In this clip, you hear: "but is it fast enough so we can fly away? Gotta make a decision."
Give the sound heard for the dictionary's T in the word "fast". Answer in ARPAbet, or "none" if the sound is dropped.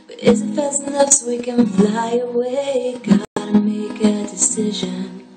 none